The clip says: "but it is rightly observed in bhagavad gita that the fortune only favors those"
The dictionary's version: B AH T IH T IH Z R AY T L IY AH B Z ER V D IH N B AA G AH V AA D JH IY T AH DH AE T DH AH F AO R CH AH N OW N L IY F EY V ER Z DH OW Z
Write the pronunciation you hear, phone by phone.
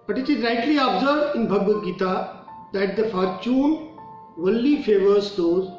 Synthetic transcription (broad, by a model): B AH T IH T IH Z R AY T L IY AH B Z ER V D IH N B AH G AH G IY T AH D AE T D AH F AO R CH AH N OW L IY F EY V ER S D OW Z